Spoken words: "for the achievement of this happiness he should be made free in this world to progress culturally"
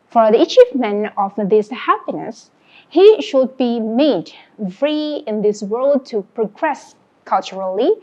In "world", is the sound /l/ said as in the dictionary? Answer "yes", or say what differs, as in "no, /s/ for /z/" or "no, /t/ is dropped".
yes